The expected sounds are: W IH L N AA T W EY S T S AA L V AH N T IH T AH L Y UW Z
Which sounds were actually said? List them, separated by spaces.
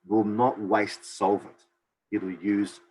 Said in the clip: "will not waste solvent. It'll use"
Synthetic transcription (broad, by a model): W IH L N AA T W EY S T S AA L V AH T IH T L Y UW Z